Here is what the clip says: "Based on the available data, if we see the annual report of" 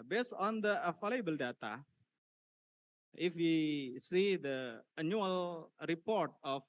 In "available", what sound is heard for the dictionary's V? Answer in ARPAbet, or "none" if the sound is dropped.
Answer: F